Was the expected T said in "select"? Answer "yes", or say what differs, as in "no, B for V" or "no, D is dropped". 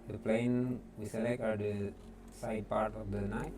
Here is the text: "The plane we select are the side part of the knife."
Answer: no, T is dropped